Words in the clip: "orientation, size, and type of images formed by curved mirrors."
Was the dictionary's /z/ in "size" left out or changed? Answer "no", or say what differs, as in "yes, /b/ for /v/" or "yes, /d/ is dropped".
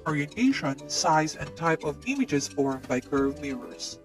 no